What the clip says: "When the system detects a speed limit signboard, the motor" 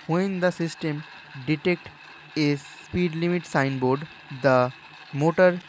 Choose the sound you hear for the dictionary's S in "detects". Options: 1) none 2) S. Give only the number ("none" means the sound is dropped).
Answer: 1